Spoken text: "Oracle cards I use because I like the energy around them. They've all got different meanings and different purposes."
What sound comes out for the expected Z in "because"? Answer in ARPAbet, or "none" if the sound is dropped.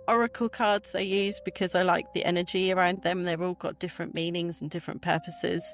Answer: Z